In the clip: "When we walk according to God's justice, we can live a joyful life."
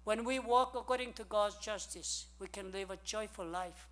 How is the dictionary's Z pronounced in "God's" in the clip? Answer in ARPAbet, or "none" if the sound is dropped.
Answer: Z